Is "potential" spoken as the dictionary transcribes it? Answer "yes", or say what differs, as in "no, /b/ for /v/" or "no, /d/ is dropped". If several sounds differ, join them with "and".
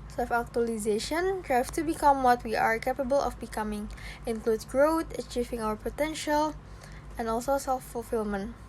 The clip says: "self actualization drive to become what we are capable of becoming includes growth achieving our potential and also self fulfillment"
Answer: yes